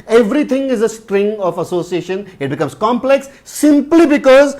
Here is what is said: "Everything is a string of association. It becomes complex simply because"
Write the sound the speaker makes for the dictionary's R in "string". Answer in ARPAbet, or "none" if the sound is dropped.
R